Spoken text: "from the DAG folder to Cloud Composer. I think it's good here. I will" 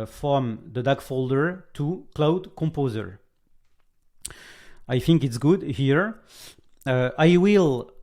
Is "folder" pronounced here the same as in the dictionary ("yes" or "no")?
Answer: yes